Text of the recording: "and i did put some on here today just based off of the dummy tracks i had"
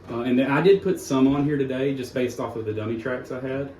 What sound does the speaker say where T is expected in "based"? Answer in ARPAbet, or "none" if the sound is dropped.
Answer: T